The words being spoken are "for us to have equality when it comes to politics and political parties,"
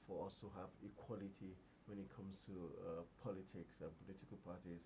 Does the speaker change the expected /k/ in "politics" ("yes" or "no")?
no